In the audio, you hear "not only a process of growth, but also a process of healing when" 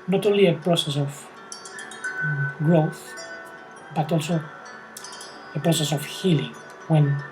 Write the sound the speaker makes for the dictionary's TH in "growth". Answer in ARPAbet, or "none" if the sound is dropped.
TH